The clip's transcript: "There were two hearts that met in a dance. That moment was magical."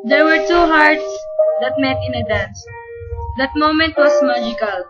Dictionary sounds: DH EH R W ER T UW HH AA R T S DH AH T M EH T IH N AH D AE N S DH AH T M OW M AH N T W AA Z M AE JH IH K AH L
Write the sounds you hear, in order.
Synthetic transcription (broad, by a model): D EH R W ER T UW HH AA R T S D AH T M EH T IH N AH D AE N S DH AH T M OW M AH N T W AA S M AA JH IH K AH L